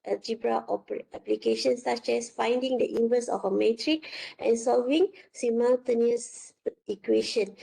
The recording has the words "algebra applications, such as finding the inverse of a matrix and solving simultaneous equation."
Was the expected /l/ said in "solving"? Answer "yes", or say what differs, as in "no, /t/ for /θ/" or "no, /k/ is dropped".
yes